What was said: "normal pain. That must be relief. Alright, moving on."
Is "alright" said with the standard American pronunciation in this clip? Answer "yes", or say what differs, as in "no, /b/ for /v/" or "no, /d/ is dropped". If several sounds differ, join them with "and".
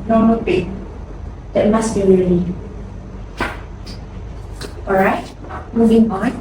no, /l/ is dropped